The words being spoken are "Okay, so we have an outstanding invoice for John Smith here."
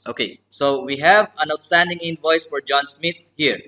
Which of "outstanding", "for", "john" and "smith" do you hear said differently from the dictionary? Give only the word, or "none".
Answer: smith